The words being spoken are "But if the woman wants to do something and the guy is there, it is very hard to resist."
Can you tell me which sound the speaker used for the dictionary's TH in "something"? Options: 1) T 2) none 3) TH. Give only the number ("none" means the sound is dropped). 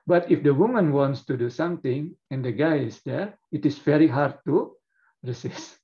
1